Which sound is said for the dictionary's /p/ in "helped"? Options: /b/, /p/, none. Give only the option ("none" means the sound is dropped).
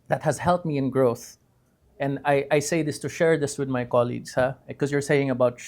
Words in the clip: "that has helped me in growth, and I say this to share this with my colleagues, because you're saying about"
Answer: none